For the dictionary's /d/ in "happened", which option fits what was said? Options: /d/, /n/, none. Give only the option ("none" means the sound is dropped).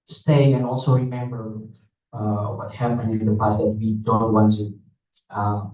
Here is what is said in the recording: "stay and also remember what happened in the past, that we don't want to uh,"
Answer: none